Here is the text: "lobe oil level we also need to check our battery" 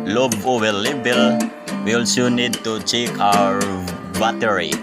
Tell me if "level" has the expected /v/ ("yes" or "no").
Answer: no